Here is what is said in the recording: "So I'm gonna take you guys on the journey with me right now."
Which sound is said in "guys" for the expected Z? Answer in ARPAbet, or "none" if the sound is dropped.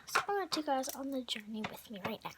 Z